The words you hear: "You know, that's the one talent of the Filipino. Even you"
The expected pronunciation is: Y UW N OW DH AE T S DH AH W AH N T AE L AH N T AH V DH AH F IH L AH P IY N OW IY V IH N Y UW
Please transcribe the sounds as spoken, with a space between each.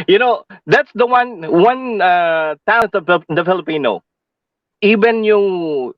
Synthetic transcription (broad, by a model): Y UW N OW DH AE T S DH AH W AH N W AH N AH T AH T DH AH F IH L AH P IY N OW IY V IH N Y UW